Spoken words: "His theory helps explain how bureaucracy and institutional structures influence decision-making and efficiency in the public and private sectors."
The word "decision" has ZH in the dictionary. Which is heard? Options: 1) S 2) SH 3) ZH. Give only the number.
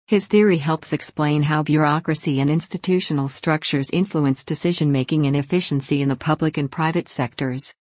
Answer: 3